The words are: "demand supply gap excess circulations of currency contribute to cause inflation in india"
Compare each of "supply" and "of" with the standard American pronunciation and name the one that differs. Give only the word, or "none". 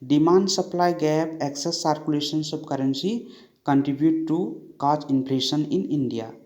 of